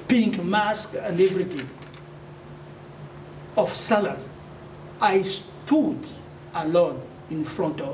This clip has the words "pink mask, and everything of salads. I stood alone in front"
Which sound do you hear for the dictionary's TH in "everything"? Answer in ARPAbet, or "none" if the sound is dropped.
T